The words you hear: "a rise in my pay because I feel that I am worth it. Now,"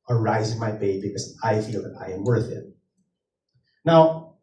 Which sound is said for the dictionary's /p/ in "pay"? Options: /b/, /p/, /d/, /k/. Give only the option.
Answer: /b/